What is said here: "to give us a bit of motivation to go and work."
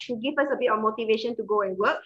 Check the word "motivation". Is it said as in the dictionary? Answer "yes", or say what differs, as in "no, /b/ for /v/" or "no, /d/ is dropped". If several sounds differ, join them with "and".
yes